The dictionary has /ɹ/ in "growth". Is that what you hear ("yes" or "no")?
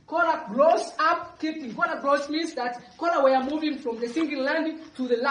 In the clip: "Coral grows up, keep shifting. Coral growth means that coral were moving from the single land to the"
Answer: no